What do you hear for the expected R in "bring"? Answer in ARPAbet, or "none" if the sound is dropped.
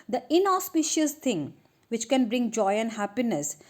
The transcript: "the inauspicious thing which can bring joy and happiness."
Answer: R